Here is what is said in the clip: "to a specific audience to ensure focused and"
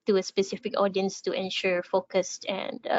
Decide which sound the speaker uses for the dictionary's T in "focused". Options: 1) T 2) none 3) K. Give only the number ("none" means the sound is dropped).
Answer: 1